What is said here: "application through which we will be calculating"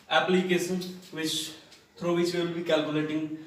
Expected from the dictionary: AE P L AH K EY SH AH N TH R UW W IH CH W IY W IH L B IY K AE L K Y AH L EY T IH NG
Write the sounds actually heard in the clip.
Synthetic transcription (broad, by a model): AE P L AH K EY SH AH N T R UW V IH CH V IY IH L B IY K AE L K Y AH L EY T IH NG